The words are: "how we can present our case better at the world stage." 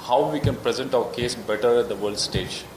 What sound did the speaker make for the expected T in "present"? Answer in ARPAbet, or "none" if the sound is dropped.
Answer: T